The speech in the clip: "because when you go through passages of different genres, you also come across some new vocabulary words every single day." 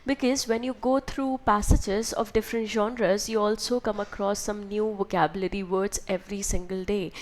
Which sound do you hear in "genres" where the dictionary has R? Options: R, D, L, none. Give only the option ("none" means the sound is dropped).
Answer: R